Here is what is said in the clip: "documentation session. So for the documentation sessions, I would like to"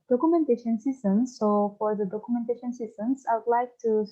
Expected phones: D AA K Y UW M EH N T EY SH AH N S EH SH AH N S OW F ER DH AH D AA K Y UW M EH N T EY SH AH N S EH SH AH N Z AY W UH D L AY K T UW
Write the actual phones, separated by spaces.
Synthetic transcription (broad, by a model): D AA K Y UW M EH N T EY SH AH N S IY S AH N S OW F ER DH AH D AA K Y UW M EH N T EY SH AH N S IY S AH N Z AY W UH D L AY K T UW